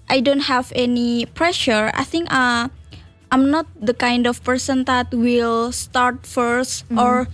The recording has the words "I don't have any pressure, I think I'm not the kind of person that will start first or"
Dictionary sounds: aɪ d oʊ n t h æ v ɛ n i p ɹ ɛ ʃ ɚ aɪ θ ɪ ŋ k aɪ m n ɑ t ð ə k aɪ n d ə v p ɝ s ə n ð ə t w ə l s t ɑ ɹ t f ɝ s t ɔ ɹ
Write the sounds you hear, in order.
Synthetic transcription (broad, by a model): aɪ d oʊ n t h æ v ɛ n i p ɹ ɛ ʃ ɚ aɪ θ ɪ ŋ k aɪ m n ɑ t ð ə k aɪ n d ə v p ɝ s ə n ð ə t w ə l s t ɑ ɹ t f ɝ s t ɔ ɹ